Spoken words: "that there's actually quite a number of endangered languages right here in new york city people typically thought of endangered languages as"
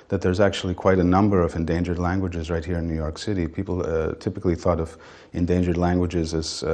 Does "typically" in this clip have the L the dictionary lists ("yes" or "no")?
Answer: yes